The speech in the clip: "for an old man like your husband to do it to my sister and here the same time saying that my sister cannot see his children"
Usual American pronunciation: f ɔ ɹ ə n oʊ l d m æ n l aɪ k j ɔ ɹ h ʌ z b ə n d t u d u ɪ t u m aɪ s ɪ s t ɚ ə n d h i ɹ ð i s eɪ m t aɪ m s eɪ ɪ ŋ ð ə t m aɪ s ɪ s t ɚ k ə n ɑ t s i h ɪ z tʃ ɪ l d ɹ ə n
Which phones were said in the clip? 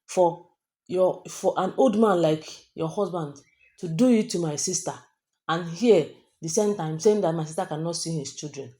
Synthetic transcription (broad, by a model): f ɔ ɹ ə n oʊ l d m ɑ n l aɪ k j ɔ h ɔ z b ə n d t u d u ɪ t u m aɪ s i s t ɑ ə n h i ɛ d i s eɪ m t aɪ m s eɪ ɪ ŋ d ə t m aɪ s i s t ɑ k ə n ɑ t s i h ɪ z tʃ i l d ɹ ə n